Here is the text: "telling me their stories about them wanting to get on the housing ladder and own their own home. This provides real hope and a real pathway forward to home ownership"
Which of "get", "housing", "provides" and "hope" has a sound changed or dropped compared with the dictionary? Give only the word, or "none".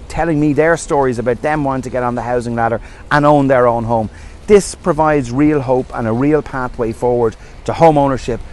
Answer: none